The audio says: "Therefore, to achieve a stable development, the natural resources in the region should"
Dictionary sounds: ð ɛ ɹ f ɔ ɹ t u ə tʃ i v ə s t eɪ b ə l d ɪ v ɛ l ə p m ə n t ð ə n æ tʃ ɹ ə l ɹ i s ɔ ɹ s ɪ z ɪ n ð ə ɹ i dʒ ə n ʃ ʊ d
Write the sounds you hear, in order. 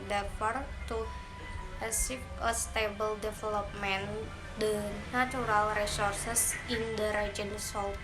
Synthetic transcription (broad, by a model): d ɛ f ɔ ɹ t u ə s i p ə s t eɪ b ə l d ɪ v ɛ l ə p m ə n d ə n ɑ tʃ ɹ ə l ɹ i s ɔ ɹ s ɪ s ɪ n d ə ɹ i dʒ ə n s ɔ